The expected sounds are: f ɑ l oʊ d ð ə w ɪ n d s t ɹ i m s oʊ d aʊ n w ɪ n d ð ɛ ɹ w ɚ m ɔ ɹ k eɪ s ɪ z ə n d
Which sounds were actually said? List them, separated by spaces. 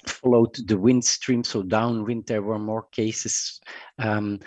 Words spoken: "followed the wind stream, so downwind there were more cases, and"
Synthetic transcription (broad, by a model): f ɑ l oʊ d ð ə w ɪ n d s t ɹ i m s oʊ d aʊ n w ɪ n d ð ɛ ɹ w ɚ m ɔ ɹ k eɪ ɪ s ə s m